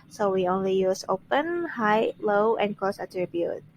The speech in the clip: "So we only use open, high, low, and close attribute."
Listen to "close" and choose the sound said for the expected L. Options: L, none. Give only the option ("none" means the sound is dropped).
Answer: none